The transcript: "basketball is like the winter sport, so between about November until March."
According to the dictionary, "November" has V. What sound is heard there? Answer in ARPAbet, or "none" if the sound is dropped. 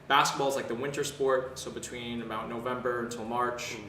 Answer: V